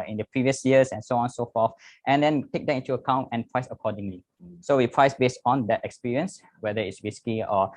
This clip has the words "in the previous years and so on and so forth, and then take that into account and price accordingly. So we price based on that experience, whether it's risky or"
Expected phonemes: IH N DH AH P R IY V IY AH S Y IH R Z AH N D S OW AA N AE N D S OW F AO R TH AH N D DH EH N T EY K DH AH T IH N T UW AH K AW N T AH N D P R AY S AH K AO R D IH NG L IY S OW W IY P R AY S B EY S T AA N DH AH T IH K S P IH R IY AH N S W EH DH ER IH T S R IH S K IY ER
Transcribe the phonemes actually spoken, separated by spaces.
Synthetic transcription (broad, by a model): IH N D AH P R IY V IY AH S Y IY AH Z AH N S OW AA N N S OW F AO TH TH AH N D EH N T EY K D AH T IH N T UW AH K AW N T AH N P R AY S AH K AO D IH NG L IY S OW W IY P R AY S B EY S T AA N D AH T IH K S P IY R IY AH N S W EH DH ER IH T S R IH S K IY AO